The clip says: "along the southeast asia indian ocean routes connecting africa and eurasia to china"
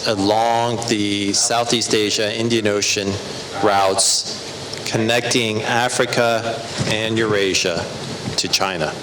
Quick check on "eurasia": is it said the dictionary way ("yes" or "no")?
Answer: yes